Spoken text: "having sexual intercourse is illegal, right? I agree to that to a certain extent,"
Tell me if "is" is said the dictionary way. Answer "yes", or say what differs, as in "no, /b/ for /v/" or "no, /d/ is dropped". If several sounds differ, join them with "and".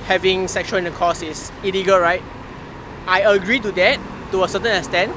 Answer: no, /s/ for /z/